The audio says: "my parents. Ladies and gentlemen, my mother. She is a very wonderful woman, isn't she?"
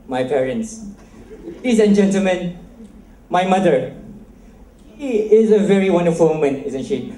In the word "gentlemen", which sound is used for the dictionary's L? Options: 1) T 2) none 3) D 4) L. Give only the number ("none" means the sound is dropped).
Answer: 4